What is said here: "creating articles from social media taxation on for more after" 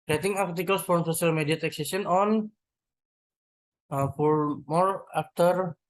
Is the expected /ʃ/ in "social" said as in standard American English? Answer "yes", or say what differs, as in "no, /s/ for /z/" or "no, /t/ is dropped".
no, /s/ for /ʃ/